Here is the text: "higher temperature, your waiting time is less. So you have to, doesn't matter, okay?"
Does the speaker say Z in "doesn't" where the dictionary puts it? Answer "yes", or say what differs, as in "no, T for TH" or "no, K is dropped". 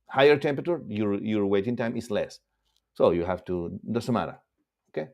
no, S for Z